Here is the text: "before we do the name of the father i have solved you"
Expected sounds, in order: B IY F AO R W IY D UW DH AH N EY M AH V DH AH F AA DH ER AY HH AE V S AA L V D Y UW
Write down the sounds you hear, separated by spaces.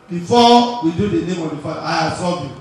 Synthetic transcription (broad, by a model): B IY F AO W IY D UW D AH N EY M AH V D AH F AA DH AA AY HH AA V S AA V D Y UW